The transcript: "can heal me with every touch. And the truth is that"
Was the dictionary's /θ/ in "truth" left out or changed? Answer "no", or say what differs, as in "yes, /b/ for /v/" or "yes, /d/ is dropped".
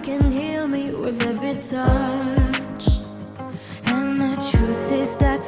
yes, /s/ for /θ/